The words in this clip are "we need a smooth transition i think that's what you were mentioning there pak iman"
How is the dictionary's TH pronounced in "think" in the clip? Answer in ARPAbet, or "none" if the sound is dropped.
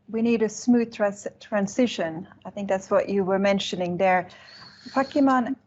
TH